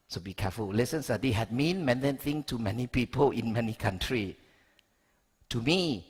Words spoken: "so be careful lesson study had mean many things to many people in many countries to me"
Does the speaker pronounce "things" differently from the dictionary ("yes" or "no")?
yes